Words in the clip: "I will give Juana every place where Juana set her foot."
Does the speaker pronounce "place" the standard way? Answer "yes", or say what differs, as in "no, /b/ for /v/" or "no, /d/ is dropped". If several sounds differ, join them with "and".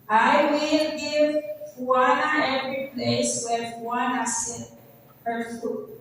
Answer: yes